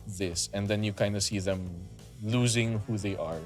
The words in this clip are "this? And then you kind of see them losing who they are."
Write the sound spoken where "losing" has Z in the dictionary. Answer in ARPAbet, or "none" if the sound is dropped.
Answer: Z